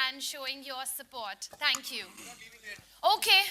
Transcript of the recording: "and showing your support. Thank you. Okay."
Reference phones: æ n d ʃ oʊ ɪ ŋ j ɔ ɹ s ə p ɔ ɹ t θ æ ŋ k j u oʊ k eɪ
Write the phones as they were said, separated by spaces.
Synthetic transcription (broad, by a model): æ n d ʃ oʊ ɪ ŋ j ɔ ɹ s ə p ɔ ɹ t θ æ ŋ k j u oʊ k eɪ